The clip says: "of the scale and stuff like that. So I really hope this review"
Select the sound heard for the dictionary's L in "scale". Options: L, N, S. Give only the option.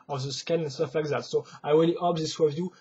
N